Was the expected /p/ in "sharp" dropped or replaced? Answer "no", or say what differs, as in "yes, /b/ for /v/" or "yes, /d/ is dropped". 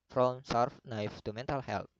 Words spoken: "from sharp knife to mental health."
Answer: yes, /f/ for /p/